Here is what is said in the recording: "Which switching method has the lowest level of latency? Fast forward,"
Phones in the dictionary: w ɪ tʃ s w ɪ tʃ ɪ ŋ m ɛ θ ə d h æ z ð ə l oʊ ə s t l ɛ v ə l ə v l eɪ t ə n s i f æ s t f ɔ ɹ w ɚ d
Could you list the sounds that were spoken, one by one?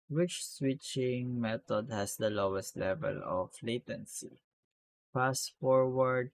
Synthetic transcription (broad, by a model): w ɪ tʃ s w ɪ tʃ ɪ ŋ m ɛ t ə d h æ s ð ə l oʊ ə s t l ɛ v ə l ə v l eɪ t ə n s i p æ s f ɔ ɹ w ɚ d